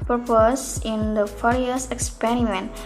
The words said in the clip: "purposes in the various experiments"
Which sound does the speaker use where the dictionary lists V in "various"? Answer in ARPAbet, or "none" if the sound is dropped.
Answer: F